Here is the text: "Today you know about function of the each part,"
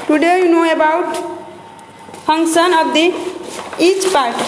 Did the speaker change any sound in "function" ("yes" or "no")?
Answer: yes